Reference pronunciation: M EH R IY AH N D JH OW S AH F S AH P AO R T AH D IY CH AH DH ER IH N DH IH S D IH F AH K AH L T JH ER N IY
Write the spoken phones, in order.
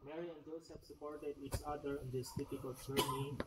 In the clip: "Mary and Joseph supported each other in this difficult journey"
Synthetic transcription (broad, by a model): M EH R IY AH N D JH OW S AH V S AH P AO R T AH D IY CH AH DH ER IH N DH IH S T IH P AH K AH L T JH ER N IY